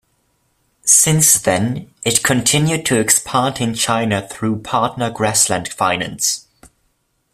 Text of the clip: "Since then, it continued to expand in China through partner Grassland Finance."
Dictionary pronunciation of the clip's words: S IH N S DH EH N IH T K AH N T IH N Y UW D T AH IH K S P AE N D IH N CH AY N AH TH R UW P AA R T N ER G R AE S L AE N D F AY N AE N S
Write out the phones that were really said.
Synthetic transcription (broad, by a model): S IH N S DH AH N IH T K AH N T IH N Y UW D T AH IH K S P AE N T IH N CH AY N AH TH R UW P AA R T N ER G R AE S L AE N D F AY N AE N S